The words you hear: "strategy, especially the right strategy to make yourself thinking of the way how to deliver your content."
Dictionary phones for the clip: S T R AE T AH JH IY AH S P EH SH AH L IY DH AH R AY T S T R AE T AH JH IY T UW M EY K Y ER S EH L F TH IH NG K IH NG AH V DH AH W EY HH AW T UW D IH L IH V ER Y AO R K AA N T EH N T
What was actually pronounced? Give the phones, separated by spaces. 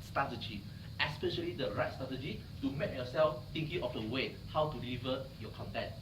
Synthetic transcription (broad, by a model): S T R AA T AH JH IY AH S P EH SH AH L IY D AH R AY T S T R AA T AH JH IY T UW M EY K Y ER S EH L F T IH NG K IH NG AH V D AH W EY HH AW T UW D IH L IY V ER Y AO K AA N T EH N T